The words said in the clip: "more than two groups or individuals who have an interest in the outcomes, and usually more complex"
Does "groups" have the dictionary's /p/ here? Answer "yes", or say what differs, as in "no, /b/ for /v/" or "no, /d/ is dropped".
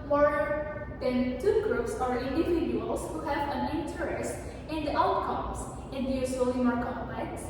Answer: yes